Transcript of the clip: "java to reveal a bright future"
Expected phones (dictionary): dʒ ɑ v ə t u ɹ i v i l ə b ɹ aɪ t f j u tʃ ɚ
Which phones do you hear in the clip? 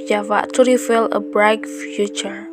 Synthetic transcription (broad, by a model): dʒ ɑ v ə t u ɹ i f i l ə b ɹ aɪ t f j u tʃ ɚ